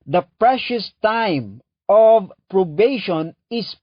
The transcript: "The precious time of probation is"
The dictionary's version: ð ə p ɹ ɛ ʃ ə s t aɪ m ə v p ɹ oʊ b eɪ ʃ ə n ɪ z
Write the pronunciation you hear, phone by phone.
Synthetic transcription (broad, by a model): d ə p ɹ ɛ ʃ ə s t aɪ m ə v p ɹ oʊ b eɪ ʃ ə n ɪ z